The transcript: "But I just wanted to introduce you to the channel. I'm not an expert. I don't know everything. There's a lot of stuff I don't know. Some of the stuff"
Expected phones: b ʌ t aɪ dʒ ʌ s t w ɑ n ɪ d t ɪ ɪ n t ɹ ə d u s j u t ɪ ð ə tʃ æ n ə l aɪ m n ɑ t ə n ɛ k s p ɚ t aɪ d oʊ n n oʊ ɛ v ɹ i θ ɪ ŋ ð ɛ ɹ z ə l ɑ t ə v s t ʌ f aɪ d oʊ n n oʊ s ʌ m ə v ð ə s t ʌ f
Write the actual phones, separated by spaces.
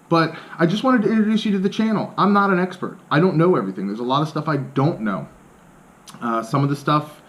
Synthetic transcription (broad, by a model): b ʌ t aɪ dʒ ʌ s t w ɑ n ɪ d t ɪ ɪ n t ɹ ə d u s j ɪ t ɪ ð ə tʃ æ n l aɪ m n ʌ t ə n ɛ k s p ɚ t aɪ d oʊ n n oʊ ɛ v ɹ i θ ɪ ŋ ð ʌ ɹ z ə l ɑ t ə v s t ʌ f aɪ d oʊ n n oʊ s ʌ m ə v ð ə s t ʌ f